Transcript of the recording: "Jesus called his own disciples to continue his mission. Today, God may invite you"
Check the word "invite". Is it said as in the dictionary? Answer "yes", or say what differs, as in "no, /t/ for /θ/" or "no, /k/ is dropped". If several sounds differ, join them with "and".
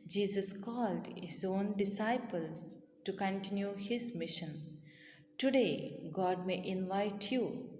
yes